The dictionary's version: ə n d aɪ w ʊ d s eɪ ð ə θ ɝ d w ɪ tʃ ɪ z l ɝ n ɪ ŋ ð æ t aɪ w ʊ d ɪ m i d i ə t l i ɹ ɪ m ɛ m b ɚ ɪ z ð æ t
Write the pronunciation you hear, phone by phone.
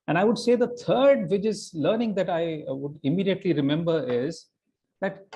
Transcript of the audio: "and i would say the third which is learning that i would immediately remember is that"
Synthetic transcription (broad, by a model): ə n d aɪ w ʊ d s eɪ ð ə t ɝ d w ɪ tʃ ɪ z l ɝ n ɪ ŋ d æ t aɪ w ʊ d ɪ m i d i ə t l i ɹ ɪ m ɛ m b ɚ ɪ z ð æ t